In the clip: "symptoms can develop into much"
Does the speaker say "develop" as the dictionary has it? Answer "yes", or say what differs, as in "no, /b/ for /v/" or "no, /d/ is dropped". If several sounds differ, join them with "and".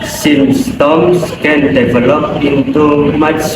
yes